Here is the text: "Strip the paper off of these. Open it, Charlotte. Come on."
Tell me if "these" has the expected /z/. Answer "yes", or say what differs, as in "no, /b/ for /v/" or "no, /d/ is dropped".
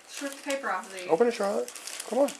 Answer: no, /z/ is dropped